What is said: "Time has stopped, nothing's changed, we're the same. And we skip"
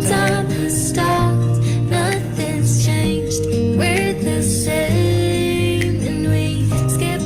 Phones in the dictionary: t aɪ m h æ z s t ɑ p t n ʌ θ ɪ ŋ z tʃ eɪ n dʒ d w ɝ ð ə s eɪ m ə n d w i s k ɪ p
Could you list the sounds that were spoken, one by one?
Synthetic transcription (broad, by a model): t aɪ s t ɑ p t n ʌ θ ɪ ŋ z tʃ eɪ n dʒ d w ɝ ð ə ʃ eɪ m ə n w i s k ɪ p